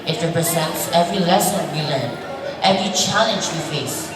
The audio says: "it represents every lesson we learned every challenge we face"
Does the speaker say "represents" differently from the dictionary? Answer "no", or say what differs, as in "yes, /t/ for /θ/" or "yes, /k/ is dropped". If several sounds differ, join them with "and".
no